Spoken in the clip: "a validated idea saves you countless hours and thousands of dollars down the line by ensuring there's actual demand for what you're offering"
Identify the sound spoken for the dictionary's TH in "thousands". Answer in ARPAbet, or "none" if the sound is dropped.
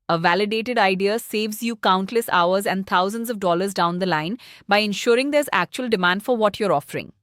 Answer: T